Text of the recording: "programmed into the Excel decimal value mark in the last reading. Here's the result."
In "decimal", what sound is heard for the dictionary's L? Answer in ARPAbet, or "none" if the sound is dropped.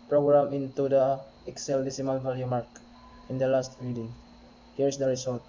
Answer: N